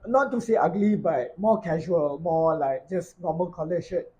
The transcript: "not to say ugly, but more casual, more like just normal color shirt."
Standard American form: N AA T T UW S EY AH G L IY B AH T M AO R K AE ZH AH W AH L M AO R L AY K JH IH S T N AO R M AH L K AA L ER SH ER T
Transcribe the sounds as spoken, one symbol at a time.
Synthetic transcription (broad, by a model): N AA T T UW S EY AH G L IY B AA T M AO K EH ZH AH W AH L M AO L AY K JH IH S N AO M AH N K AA L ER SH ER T